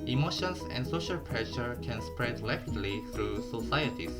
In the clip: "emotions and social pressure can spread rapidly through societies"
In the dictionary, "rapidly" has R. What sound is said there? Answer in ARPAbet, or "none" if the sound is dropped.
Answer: L